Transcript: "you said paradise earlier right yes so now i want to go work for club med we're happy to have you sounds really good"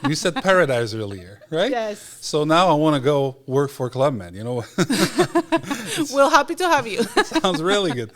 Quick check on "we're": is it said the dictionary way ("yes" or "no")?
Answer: no